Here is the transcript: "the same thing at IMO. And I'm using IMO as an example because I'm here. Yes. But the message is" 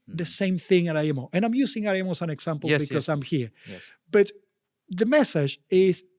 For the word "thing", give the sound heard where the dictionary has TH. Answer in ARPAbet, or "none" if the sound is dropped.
TH